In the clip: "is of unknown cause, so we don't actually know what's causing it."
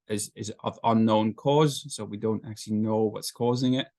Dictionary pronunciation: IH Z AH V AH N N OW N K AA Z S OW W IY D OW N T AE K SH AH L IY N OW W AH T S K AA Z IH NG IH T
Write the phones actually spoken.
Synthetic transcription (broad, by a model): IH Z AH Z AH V N OW N K AA Z S OW W IY D OW N T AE K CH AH L IY N OW W AH T S K AA Z IH NG IH T